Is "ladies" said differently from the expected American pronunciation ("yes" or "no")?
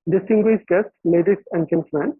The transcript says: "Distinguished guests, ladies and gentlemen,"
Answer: yes